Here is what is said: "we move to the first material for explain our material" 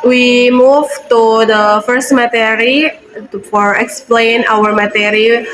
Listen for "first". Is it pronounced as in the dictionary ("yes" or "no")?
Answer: yes